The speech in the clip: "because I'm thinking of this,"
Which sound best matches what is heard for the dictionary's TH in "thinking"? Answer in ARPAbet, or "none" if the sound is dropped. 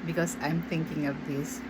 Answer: T